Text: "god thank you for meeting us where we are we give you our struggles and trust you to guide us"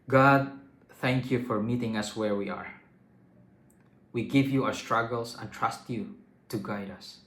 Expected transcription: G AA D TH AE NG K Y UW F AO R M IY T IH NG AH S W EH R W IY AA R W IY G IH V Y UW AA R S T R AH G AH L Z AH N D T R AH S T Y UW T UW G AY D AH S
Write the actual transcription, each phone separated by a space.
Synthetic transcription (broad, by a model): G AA D TH AE NG K Y UW F AO R M IY T IH NG AH S W EH R W IY AA R W IY G IH V Y UW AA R S T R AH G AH L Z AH N T R AH S T Y UW T UW G AY D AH S